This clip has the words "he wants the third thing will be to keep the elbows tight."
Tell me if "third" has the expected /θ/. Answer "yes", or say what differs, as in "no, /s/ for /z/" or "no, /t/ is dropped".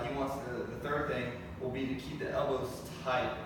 yes